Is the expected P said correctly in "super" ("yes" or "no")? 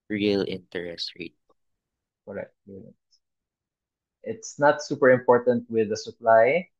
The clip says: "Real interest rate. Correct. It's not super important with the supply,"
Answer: yes